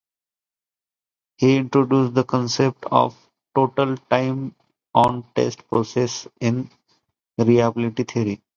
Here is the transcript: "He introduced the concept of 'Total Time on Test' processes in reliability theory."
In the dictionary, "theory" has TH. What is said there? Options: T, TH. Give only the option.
T